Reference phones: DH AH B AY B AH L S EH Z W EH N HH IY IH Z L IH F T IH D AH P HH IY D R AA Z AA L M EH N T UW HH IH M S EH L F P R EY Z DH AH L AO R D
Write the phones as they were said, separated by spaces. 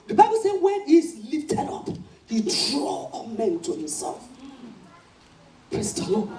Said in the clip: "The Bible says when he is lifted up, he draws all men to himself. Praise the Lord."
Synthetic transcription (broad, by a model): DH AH B AY B AH L S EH W EH N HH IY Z L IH F T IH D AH P HH IY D R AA AA M EH N T UW HH IH M S EH L F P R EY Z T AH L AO